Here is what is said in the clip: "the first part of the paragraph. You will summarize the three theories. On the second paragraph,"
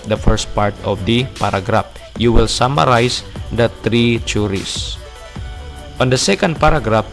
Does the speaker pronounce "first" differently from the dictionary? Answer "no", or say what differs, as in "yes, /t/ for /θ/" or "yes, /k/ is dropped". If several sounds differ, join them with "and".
no